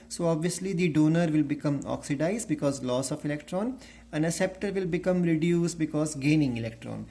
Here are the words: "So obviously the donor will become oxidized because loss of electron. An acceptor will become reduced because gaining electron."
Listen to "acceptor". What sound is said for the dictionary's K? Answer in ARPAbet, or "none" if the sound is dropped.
none